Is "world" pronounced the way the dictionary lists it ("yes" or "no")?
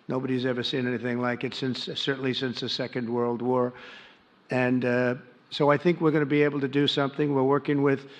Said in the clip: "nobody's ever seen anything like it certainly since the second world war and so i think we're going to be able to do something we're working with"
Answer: yes